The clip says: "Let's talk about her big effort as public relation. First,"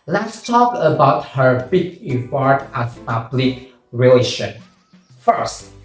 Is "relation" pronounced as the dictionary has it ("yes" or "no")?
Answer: yes